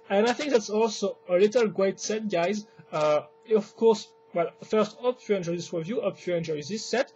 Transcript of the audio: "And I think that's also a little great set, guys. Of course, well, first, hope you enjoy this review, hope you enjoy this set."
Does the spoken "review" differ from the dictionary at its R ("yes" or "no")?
yes